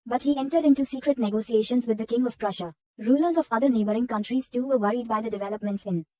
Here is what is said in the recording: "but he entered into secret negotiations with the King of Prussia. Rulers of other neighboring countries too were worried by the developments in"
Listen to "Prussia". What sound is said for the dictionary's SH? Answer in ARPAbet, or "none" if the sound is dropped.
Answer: SH